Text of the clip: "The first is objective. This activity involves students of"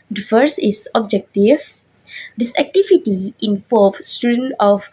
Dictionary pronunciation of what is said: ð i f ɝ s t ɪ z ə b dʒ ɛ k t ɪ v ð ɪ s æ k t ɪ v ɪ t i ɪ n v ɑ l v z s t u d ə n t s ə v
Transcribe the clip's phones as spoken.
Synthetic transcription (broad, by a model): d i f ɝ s ɪ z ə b dʒ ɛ k t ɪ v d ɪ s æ k t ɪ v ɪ t i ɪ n p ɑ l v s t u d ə n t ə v